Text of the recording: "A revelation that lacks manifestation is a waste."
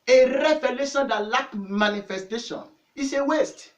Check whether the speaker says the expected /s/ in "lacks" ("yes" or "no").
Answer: no